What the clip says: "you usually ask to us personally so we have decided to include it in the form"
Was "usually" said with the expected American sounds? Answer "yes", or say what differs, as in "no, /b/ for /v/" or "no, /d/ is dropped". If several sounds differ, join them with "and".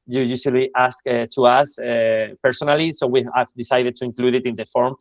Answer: no, /s/ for /ʒ/